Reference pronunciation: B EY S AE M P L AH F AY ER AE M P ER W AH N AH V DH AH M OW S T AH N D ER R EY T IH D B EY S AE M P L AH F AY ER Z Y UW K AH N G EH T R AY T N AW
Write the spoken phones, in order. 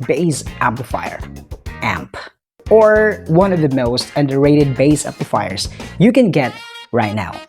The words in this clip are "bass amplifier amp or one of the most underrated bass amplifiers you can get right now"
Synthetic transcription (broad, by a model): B EY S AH P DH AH F AY ER AE M P ER W AH N AH V DH AH M OW S T AH N D ER R EY T IH D B EY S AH P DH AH F AY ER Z Y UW K AH N G EH T R AY T N AW